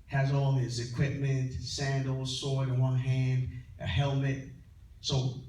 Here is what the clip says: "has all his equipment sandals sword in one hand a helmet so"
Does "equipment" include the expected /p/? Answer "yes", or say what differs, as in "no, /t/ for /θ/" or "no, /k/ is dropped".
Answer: yes